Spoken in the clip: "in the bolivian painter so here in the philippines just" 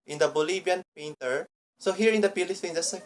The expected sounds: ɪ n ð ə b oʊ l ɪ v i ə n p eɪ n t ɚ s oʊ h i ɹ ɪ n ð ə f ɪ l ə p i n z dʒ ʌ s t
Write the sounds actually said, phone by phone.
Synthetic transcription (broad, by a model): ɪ n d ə b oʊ l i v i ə n p eɪ n t ɚ s oʊ h i ɹ ɪ n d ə p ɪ l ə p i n dʒ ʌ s